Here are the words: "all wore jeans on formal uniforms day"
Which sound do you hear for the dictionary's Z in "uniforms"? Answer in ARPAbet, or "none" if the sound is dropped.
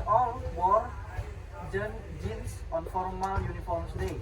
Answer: S